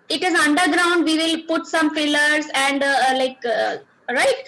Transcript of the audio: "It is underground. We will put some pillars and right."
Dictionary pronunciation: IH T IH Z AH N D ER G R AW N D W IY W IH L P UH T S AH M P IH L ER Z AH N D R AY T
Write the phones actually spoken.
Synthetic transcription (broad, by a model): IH T IH Z AH N D ER G R AW N D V IY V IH L P UH T S AH M F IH L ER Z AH N D R AY T